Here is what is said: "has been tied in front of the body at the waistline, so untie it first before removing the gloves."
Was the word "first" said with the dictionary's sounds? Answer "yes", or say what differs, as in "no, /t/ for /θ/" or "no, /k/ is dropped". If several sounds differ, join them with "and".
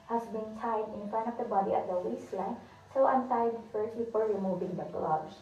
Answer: no, /s/ is dropped